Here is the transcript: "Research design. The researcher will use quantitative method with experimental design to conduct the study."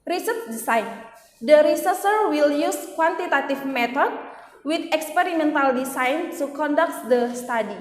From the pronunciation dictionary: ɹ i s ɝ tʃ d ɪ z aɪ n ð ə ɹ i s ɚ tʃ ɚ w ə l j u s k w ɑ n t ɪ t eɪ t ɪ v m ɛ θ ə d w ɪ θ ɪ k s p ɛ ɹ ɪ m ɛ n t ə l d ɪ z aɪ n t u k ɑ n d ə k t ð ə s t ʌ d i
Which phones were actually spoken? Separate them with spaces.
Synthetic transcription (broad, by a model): ɹ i s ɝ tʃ d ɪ s aɪ n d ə ɹ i s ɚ s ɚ w ə l j u s k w ɑ n t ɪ t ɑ t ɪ f m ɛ t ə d w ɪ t ɪ k s p ɛ ɹ ɪ m ɛ n t ə l d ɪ s aɪ n t u k ɑ n d ə k t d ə s t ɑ d i